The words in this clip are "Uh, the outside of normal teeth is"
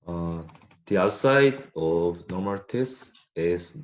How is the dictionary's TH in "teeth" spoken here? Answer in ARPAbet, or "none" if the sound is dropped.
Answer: S